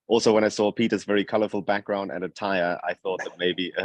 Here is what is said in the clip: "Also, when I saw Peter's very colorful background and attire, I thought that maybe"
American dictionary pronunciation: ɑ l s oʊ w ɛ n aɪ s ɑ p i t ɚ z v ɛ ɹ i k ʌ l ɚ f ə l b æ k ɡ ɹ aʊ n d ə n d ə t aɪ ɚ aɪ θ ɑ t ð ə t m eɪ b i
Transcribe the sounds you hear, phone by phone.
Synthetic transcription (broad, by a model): ɑ l s oʊ w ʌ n aɪ s ɑ p i t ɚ z v ɛ ɹ i k ʌ l ɚ f ə l b æ k ɡ ɹ aʊ n d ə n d ə t aɪ ɚ aɪ θ ɑ t ð ə t m eɪ b i